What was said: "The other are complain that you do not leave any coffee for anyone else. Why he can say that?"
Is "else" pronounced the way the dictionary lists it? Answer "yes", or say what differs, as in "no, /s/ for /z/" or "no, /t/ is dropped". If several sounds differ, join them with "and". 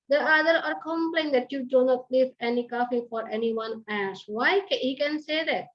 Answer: no, /l/ is dropped